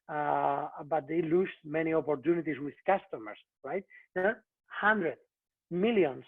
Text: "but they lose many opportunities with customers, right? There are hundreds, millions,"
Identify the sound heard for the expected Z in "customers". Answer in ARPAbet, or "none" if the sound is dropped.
S